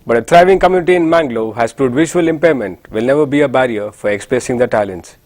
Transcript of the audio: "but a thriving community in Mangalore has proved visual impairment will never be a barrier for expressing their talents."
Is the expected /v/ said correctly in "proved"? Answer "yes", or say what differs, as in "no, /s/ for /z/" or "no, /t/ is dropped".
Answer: no, /v/ is dropped